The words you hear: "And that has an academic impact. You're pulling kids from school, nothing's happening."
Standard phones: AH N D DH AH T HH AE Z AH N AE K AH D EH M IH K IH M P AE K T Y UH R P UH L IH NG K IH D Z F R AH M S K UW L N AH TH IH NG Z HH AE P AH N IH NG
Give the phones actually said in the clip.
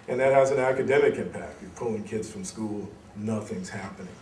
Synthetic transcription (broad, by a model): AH N DH AH T HH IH Z AH N AE K AH D EH M IH K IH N P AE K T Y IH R P UH L IH NG K IH D Z F R AH M S K UW L N AH TH IH NG Z HH AE P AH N IH NG